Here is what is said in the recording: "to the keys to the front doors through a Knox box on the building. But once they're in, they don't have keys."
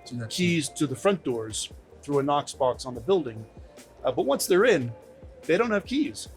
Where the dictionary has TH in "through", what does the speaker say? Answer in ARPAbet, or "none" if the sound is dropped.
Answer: TH